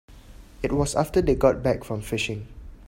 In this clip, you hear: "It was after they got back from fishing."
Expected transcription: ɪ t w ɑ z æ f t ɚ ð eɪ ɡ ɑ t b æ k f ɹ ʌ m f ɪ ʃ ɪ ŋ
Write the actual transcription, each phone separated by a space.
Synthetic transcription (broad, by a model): ɪ t w ɑ s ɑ f t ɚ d eɪ ɡ ɑ t b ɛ k f ɹ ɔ m f ɪ ʃ ɪ ŋ